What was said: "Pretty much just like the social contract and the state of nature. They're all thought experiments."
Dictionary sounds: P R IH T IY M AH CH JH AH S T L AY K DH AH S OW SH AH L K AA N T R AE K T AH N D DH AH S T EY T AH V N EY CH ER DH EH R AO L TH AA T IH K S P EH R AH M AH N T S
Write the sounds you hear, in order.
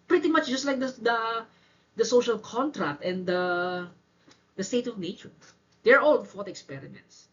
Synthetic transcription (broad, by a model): P R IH T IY M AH CH JH AH S T L AY K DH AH S OW SH AH L K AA N T R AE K T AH N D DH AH S T EY T AH V N EY CH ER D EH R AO L F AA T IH K S P EH R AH M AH N T S